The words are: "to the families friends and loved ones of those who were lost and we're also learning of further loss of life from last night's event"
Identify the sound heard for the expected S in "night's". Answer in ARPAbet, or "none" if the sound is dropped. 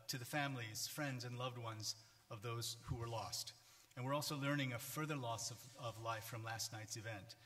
S